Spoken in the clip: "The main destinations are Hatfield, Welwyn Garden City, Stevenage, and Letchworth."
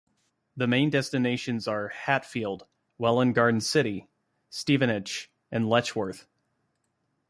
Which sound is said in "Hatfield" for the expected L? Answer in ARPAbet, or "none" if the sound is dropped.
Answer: L